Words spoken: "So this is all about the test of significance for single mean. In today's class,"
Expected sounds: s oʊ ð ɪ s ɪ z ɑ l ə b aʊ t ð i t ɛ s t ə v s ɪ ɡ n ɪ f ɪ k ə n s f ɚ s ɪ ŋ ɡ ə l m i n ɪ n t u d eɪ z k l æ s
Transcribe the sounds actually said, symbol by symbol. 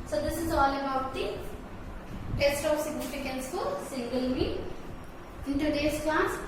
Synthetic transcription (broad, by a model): s oʊ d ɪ s ɪ z ɑ l ə b aʊ t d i t ɛ s t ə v s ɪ ɡ n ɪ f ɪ k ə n s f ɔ s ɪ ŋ ɡ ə l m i ɪ n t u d eɪ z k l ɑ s